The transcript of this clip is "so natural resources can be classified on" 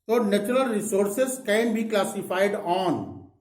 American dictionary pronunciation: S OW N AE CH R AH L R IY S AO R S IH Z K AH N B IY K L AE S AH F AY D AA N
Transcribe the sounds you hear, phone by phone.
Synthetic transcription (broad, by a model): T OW N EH CH R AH L R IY S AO R S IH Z K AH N B IY K L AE S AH P AY D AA N